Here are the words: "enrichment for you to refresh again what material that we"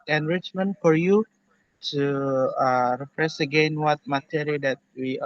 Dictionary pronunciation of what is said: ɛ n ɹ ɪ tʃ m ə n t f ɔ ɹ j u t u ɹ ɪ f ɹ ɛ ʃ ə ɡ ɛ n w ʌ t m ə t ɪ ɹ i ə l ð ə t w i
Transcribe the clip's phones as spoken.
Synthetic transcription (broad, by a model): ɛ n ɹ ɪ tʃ m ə n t f ɔ ɹ j u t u ɹ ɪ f ɹ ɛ s ə ɡ ɛ n w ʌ t m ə t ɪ ɹ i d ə t w i